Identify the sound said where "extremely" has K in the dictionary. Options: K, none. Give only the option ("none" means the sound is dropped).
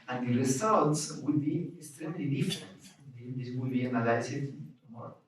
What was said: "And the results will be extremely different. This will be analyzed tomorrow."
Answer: K